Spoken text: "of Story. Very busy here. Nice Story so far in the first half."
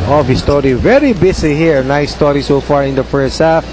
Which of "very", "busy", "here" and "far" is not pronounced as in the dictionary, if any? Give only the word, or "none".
busy